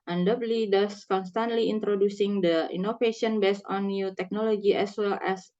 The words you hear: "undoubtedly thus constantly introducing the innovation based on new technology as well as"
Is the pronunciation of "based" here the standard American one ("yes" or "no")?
no